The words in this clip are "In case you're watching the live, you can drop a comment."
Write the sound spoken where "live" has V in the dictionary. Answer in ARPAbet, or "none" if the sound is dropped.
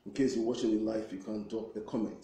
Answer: F